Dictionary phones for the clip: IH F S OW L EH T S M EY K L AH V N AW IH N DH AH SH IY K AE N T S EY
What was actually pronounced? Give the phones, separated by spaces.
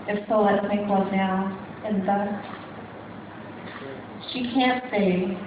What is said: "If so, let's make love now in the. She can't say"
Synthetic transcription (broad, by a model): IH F S OW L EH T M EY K W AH N AW IH N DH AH SH IY K AE N T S EY